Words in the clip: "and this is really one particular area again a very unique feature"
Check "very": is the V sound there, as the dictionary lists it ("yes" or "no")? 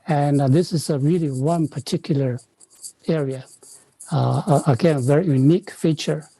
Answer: yes